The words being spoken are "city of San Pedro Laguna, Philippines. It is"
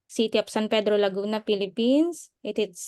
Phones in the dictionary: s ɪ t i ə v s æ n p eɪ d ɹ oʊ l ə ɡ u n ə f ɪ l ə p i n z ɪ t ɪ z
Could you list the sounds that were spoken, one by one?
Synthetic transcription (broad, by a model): s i t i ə p s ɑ n p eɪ d ɹ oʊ l ə ɡ u n ə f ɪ l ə p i n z ɪ t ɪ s